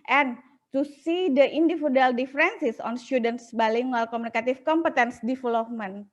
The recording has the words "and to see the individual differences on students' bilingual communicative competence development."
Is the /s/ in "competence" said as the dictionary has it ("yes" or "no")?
yes